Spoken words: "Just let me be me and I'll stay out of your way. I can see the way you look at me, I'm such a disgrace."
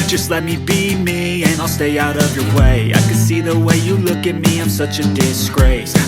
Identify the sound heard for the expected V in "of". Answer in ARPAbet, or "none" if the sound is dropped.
V